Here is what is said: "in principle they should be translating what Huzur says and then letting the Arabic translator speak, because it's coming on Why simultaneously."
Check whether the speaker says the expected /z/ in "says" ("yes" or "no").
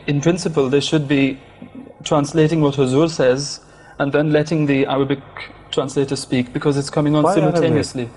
yes